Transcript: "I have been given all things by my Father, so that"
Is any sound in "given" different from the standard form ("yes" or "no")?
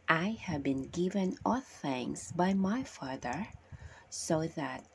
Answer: no